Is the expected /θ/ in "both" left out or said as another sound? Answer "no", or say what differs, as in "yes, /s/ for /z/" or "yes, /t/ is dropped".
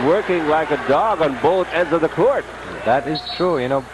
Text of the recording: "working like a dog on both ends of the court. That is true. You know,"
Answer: no